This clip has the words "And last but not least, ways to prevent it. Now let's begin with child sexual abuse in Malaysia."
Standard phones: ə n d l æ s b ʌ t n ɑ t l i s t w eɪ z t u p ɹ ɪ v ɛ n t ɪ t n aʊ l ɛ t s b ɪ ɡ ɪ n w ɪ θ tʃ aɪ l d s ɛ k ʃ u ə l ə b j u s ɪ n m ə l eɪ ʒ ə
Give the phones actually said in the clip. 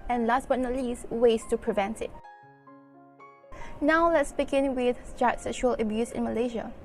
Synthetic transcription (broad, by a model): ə n l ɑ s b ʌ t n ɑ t l i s w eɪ s t u p ɹ ɪ v ɛ n t ɪ t n aʊ l ɛ t s b ɪ ɡ ɪ n w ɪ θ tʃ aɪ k s ɛ k ʃ u ə l ə b j u s ɪ n m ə l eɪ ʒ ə